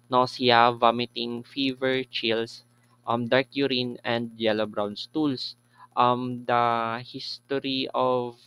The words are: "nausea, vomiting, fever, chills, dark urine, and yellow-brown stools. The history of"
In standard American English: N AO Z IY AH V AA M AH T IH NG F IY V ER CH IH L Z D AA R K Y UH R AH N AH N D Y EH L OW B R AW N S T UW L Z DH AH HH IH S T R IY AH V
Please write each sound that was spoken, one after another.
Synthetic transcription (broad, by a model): N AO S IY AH V AA M AH T IH NG F IY V ER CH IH L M D AA R K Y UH R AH N AH N D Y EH L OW B R AW N S T UW L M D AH HH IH S T R IY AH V